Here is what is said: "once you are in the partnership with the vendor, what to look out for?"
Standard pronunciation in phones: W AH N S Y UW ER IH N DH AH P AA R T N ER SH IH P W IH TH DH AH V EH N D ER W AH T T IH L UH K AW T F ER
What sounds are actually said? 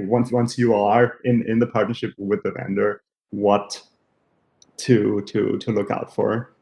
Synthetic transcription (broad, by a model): W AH N S Y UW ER IH N DH AH P AA R T N ER SH IH P W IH DH AH V EH N D ER W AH T T IH L UH K AW T F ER